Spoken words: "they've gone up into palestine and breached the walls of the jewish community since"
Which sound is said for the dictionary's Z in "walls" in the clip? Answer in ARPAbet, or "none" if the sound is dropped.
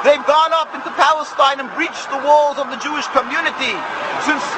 Z